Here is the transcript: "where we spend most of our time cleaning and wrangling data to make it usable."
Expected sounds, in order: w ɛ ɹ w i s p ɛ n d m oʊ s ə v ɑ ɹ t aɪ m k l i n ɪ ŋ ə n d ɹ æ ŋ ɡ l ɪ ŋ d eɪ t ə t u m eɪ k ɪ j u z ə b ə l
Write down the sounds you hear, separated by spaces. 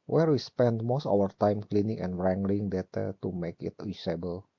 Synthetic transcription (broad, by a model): w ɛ ɹ w i s p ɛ n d m oʊ s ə w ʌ ɹ t aɪ m k l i n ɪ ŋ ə n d ɹ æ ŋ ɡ l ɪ ŋ d eɪ t ə t u m eɪ k ɪ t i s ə b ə l